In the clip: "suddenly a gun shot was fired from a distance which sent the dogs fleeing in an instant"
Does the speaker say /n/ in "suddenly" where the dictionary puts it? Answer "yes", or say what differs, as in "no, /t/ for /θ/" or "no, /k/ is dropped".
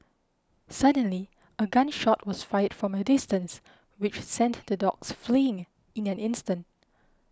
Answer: yes